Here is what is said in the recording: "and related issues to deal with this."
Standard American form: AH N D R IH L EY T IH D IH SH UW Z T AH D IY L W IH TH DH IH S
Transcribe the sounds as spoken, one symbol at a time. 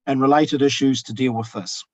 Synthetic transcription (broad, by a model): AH N R IH L EY T IH D IH SH UW Z T AH D IY L W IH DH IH S